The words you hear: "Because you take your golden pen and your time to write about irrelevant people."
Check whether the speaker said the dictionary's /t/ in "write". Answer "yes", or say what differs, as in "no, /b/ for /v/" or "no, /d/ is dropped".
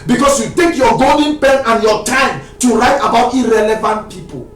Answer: yes